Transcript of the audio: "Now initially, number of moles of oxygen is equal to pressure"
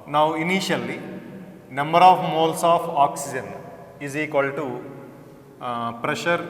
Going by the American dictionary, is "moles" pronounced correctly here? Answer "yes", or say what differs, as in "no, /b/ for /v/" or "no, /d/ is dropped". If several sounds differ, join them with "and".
no, /s/ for /z/